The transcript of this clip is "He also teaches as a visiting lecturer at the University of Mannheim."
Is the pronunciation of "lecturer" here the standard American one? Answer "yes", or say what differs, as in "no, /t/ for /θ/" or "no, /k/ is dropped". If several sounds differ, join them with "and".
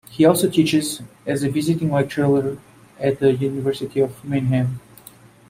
no, /w/ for /l/